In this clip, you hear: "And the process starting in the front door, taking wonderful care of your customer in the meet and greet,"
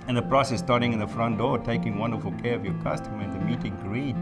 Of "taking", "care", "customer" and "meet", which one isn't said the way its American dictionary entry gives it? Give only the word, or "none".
none